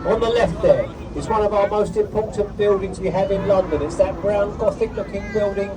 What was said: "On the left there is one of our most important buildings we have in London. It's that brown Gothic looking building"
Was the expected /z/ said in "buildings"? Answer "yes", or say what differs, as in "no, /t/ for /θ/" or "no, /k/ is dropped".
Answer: yes